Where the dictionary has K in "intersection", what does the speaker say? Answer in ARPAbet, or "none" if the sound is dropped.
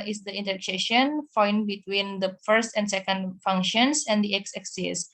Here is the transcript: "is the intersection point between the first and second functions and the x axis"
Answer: none